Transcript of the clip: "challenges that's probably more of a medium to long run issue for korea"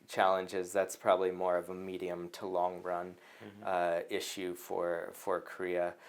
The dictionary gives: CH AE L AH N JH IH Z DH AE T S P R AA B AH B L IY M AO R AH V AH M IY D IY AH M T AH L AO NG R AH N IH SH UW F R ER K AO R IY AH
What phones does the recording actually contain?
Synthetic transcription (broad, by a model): CH AE L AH N JH IH Z DH AE T S P R AA B AH B L IY M AO R AH V AH M IY D IY AH M T AH L AO NG R AH N IH SH UW F R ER K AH R IY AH